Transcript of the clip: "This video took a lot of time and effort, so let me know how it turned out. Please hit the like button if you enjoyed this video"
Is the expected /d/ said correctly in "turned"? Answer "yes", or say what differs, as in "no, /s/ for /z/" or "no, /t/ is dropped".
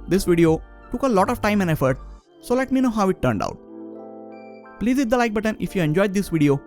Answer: yes